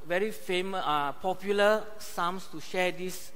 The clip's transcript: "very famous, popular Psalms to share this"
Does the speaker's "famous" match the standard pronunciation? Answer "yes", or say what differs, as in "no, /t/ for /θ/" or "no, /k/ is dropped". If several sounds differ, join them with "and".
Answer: no, /s/ is dropped